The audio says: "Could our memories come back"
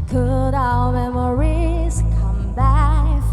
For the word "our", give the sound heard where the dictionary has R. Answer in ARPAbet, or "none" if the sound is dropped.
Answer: L